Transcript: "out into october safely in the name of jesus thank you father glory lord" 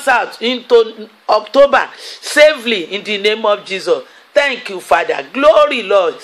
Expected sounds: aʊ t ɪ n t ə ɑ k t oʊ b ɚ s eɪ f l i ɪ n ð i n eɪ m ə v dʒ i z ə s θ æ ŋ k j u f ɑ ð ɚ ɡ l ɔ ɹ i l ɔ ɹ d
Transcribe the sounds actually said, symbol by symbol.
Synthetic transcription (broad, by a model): aʊ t ɪ n t ə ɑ k t oʊ b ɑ s eɪ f l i ɪ n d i n eɪ m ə f dʒ i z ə s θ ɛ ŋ k j u f ɑ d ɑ ɡ l ɔ ɹ i l ɔ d